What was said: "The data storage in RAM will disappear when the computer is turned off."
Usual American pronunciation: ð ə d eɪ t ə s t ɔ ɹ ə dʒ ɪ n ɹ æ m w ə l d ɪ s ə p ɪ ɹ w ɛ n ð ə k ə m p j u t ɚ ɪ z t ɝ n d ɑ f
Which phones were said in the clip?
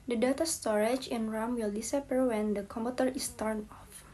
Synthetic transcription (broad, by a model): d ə d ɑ t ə s t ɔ ɹ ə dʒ ɪ n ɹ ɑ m w ə l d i s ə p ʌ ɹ w ɛ n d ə k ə m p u t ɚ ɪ s t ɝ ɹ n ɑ f